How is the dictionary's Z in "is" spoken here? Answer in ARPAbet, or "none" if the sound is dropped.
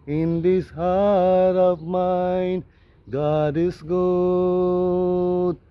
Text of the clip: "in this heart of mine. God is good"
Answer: S